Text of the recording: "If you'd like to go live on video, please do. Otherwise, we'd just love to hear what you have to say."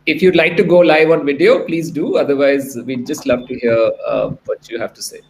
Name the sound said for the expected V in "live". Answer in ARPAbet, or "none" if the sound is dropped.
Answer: V